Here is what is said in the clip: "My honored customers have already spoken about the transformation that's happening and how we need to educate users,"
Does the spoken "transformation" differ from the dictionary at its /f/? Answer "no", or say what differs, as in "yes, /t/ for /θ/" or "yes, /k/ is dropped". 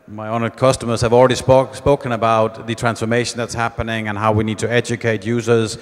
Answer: no